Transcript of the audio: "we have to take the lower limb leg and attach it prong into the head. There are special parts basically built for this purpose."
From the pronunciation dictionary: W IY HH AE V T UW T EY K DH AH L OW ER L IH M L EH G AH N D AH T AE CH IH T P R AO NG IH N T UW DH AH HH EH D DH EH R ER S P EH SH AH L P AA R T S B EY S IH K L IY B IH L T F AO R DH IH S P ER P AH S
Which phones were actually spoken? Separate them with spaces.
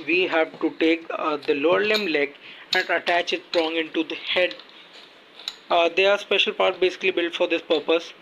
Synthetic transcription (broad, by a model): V IY HH AE V T UW T EY K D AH L OW ER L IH M L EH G AH N D AH T AE CH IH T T R AO NG IH N T UW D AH HH EH D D EH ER S P EH SH AH L P AA R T B EY S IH K L IY B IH L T F AO R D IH S P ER P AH S